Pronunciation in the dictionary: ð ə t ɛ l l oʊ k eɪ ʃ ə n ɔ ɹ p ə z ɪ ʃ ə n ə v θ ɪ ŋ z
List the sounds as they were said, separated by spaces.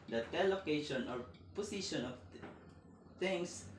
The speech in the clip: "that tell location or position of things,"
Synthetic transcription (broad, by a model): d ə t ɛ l l oʊ k eɪ ʃ ə n ɔ ɹ p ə s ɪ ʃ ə n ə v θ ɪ ŋ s